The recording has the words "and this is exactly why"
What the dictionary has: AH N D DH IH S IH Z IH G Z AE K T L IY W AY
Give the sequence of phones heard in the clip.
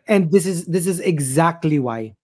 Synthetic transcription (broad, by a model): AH N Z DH IH S IH Z IH G Z AE K T L IY W AY